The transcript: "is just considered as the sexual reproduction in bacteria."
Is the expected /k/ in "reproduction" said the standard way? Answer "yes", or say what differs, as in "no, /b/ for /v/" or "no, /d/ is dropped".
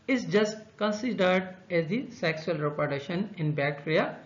no, /k/ is dropped